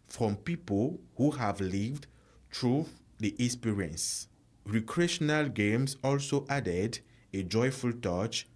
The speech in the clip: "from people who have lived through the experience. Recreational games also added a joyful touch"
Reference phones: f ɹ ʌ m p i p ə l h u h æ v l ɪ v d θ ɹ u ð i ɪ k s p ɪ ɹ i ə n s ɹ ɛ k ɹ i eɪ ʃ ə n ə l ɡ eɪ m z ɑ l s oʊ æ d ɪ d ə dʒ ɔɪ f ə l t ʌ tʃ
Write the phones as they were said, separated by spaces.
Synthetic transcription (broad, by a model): f ɹ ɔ m p i p ə l h u h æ v l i v d t ɹ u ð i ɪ s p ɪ ɹ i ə n s ɹ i k ɹ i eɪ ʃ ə n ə l ɡ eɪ m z ɑ l s oʊ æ d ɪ d ə dʒ ɔɪ f ə l t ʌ tʃ